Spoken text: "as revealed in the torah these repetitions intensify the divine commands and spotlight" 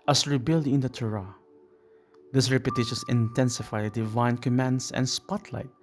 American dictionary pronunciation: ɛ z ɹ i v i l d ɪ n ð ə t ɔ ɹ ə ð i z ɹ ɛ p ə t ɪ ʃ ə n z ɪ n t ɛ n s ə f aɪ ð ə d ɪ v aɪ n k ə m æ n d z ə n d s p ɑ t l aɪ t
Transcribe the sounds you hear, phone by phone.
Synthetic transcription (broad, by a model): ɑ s ɹ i b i l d ɪ n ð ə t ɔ ɹ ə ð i s ɹ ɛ p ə t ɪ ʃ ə n s ɪ n t ɛ n s ə f aɪ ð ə d ɪ v aɪ n k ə m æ n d s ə n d s p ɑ t l aɪ t